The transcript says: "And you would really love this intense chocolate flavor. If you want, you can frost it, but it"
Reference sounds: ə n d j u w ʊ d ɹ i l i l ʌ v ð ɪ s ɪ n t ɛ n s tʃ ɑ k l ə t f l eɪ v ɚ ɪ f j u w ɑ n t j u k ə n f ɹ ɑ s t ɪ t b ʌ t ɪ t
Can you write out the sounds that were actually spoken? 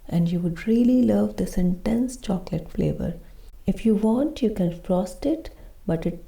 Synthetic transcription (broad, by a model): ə n d j u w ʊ d ɹ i l i l ʌ v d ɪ s ɪ n t ɛ n s tʃ ɑ k l ə t f l eɪ v ɚ ɪ f j u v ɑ n t j u k ə n f ɹ ɑ s t ɪ t b ʌ t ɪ t